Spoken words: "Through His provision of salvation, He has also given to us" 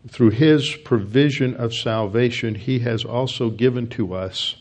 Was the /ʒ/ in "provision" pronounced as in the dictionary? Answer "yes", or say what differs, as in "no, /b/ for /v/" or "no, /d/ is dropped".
yes